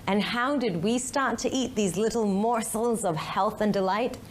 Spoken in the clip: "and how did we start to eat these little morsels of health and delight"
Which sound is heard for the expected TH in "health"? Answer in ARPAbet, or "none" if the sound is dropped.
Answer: TH